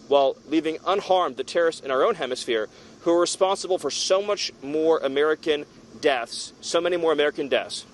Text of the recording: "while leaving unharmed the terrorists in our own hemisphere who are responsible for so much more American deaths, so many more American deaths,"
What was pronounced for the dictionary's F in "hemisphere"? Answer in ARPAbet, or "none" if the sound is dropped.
F